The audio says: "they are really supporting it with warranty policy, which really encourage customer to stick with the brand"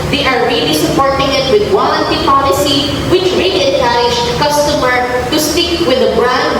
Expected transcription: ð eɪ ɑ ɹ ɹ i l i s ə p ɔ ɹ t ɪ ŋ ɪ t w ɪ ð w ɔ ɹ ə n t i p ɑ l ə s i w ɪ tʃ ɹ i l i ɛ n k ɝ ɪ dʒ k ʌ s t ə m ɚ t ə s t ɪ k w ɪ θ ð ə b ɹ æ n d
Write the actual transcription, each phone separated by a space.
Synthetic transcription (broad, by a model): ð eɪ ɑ ɹ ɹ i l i s ə p ɔ ɹ t ɪ ŋ ɪ t w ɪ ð w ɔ l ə n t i p ɑ l ə s i w ɪ tʃ ɹ i l i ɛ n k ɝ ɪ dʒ k ʌ s t ə m ɚ t ə s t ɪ k w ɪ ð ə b ɹ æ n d